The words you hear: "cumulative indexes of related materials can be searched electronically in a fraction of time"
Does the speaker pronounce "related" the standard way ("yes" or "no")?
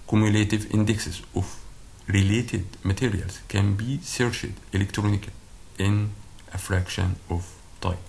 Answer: yes